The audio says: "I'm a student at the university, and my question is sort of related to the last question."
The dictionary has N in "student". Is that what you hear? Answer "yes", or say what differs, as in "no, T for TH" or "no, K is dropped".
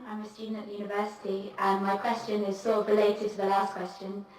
no, N is dropped